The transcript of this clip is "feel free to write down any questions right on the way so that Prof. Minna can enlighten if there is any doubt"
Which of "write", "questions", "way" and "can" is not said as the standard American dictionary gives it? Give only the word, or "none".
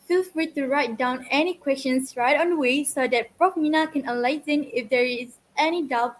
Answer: questions